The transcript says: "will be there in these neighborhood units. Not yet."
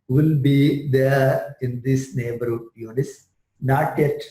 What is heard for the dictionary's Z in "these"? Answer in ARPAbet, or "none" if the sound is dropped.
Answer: S